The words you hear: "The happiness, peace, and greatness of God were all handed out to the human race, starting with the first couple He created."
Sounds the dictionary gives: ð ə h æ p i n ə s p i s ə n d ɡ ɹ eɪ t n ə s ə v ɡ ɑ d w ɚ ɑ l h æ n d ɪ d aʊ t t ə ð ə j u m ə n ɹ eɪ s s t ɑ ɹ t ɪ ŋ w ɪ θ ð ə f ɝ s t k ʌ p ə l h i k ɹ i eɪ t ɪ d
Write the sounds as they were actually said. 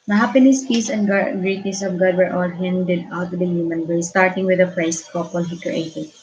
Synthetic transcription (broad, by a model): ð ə h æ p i n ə s p i s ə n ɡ ɡ ɹ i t ə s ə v ɡ ɑ d w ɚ ɑ l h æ n d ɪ d aʊ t t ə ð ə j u m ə n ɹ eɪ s s t ɑ ɹ t ɪ ŋ w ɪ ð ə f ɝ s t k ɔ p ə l h i k ɹ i eɪ t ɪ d